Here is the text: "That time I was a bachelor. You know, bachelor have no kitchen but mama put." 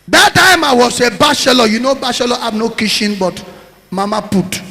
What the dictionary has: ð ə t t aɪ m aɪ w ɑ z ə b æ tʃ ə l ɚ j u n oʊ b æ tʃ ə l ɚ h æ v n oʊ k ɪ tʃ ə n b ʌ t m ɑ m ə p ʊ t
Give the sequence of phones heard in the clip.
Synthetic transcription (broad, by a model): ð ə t t aɪ m aɪ w ɑ s ə b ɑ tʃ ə l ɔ j u n oʊ b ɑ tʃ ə l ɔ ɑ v n oʊ k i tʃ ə n b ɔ t m ɑ m ə p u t